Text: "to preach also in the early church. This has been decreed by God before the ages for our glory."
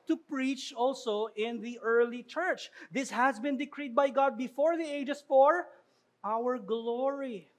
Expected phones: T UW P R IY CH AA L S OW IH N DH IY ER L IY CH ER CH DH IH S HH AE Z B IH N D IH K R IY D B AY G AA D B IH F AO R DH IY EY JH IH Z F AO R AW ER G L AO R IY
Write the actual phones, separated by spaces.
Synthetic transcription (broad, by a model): T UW P R IY CH AA L S OW IH N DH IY ER L IY CH ER CH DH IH S HH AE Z B IH N D IH K R IY D B AY G AA D B IH F AO R DH IY EY JH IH S F AO R AW ER G L AO R IY